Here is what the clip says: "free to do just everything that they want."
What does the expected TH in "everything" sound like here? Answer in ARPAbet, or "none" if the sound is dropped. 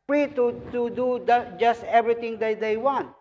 T